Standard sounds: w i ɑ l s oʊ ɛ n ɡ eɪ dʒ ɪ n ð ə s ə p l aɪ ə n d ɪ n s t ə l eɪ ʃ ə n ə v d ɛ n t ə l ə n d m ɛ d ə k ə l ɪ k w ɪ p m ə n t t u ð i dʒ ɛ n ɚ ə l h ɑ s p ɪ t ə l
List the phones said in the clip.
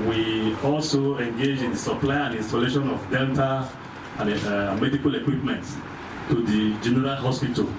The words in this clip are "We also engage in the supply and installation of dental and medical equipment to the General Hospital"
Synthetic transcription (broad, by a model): w i ɑ l s oʊ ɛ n ɡ eɪ dʒ ɪ n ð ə s ə p l aɪ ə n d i n s t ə l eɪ ʃ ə n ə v d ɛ l t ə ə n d m ɛ d ə k ə l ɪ k w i p m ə n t t u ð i dʒ ɛ n ɚ ə l h ɑ s p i t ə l